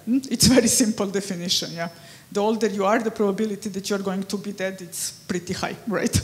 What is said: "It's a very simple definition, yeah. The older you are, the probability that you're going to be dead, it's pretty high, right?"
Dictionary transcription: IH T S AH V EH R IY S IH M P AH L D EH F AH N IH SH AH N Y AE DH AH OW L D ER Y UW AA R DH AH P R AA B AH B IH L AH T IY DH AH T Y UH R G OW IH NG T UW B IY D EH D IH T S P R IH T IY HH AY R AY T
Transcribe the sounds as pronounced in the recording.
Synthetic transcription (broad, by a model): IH T S V EH R IY S IH M P AH L D EH F AH N IH SH AH N Y AE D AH OW L D ER Y UW AA R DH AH P R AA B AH B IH L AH T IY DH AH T Y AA R G OW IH NG T UW B IY D EH D IH T S P R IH T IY HH AY R AY T